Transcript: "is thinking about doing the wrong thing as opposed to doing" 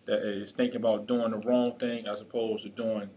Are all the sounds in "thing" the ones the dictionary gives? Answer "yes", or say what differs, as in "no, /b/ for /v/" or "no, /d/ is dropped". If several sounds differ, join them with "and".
yes